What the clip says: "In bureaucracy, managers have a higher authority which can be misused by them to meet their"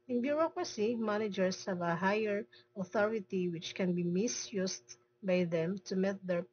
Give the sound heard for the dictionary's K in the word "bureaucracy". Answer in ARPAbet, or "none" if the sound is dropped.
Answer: K